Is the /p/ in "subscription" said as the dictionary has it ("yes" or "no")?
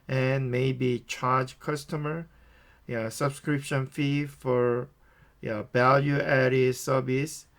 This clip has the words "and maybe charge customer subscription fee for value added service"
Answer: yes